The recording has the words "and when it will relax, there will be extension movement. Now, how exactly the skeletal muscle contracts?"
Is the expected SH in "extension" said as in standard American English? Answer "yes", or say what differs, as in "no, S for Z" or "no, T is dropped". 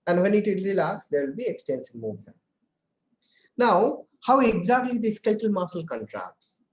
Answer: no, S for SH